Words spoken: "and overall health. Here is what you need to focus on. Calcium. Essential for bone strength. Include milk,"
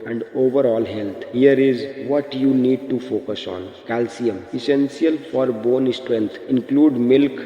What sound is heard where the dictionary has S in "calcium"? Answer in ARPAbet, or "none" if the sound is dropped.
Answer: S